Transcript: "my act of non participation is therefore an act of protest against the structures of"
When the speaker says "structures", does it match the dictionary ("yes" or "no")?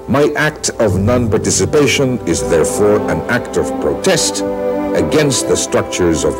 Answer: yes